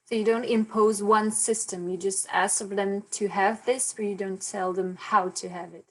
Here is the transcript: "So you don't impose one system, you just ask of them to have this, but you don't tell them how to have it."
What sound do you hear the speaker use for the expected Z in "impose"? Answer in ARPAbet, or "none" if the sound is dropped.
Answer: Z